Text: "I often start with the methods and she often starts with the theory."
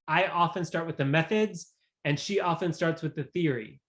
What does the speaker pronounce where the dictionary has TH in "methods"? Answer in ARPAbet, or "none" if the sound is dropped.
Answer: TH